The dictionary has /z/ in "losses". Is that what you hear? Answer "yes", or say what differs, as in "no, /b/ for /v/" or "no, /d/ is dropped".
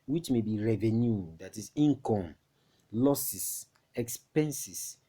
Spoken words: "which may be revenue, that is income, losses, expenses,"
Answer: no, /s/ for /z/